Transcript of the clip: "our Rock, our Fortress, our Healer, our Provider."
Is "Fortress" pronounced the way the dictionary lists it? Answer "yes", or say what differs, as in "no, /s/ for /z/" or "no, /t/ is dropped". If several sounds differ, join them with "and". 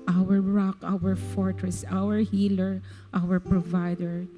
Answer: yes